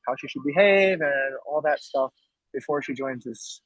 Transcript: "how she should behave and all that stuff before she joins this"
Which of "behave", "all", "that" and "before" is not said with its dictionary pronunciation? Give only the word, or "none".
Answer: none